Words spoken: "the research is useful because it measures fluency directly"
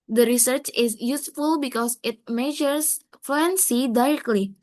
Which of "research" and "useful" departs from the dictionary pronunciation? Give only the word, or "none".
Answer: none